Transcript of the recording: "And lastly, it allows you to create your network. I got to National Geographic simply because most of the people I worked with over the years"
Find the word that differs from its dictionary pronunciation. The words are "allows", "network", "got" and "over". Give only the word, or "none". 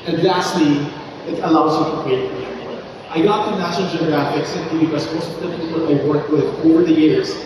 network